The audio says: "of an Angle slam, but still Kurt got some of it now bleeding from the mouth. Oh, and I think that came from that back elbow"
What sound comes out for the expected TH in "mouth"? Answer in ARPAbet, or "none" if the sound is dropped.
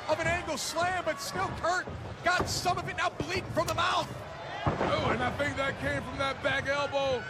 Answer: TH